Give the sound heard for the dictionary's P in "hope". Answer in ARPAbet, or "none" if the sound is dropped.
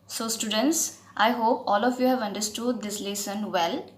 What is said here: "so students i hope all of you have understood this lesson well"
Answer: P